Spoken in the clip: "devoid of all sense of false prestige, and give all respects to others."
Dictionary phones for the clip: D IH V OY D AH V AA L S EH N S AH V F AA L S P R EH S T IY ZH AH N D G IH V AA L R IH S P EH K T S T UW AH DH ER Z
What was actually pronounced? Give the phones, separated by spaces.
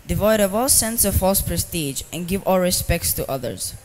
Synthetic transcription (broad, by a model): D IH V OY D AH V AA L S EH N S AH V F AA L S P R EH S T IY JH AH N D G IH V AA L R IH S P EH K T S T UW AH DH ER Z